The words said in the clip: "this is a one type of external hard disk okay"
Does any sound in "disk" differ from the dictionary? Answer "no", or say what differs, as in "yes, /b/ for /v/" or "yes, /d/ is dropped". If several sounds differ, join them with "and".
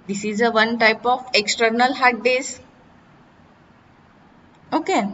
yes, /k/ is dropped